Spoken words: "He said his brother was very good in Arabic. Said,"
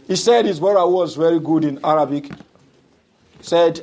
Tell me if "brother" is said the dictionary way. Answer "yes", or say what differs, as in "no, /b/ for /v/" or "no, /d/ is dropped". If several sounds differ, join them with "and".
no, /ɹ/ is dropped